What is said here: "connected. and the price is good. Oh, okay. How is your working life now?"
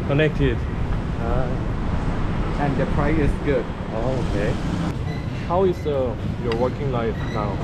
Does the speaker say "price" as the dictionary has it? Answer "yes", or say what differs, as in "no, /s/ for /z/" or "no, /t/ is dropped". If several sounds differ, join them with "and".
no, /s/ is dropped